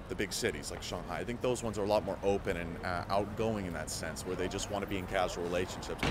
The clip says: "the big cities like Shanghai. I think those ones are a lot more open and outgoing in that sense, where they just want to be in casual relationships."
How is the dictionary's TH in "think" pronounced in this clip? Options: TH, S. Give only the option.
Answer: TH